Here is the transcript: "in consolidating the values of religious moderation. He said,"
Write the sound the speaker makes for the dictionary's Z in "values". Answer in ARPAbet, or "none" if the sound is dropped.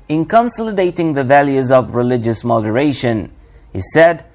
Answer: Z